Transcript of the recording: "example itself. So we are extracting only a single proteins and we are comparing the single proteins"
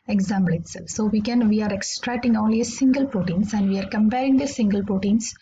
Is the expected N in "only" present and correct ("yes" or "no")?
no